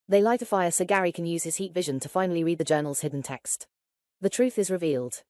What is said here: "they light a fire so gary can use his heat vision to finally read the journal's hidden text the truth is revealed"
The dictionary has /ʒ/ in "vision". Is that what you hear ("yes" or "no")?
yes